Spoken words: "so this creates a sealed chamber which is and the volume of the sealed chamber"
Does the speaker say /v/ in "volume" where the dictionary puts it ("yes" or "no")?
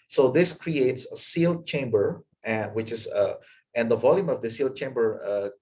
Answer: yes